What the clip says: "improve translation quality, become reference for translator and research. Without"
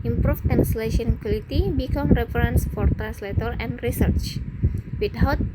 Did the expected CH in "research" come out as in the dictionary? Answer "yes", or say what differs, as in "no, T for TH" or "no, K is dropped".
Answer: yes